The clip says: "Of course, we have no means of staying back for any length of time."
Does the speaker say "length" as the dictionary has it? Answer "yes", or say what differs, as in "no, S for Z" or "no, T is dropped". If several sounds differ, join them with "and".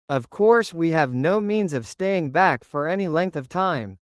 yes